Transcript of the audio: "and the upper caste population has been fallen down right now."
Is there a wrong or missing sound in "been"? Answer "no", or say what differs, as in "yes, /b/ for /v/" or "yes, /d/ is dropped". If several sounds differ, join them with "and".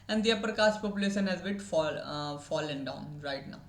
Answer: yes, /l/ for /n/